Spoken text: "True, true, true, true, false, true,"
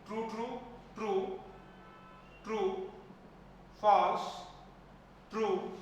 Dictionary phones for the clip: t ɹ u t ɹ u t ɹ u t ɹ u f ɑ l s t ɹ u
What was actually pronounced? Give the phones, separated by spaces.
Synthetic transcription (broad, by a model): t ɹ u t ɹ u t ɹ u t ɹ u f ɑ s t ɹ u